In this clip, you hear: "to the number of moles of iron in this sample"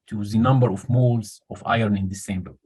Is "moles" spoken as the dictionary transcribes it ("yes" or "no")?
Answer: yes